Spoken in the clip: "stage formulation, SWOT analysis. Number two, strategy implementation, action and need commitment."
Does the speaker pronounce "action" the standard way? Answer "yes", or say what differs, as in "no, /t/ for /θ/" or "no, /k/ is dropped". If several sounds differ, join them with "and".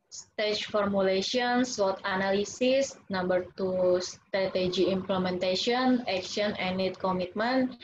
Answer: no, /n/ is dropped